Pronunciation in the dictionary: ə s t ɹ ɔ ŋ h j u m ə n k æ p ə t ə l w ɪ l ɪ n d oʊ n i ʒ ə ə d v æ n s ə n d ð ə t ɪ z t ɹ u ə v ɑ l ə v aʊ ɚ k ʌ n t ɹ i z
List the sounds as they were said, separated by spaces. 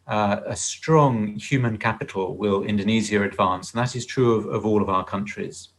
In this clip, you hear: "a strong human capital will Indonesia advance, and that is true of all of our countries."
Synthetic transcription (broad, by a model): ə s t ɹ ɔ ŋ h j u m ə n k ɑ p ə t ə l w ɪ l ɪ n d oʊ n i z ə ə d v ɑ n s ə n ð ə t ɪ z t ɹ u ə v ɑ l ə v aʊ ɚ k ʌ n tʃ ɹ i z